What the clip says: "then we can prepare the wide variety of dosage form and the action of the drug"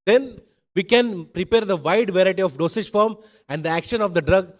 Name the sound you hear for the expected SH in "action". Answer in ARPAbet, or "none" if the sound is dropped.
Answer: SH